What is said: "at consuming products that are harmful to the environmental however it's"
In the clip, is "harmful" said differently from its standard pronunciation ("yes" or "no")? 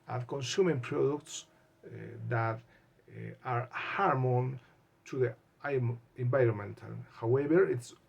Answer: yes